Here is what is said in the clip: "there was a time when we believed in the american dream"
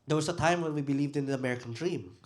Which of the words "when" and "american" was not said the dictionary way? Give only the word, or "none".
none